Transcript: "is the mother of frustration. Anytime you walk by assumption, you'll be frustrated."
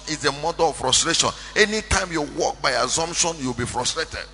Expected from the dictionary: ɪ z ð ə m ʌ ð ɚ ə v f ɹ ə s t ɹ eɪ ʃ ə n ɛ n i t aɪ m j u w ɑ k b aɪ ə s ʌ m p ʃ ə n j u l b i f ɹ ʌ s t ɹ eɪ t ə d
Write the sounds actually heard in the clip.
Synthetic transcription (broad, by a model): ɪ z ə m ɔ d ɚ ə f ɹ ə s t ɹ eɪ ʃ ə n ɛ n i t aɪ m j u w ɑ k b aɪ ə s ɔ m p ʃ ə n j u w b i f ɹ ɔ s t ɹ eɪ t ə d